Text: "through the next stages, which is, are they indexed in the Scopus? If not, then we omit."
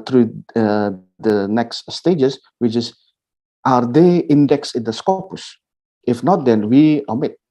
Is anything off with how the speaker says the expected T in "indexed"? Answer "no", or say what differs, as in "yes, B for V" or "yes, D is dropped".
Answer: yes, T is dropped